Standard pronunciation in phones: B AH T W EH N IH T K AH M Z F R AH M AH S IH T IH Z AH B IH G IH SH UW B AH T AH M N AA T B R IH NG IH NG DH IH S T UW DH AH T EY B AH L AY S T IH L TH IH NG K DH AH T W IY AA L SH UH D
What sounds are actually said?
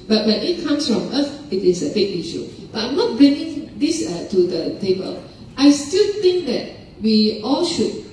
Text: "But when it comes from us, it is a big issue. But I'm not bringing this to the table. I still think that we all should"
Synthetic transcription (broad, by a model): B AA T W EH N IH T K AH M S F R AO M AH TH IH T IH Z AH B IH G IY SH UW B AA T AH M N AA T B R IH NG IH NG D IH S T UW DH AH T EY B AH L AY S T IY L T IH NG K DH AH T W IY AA L SH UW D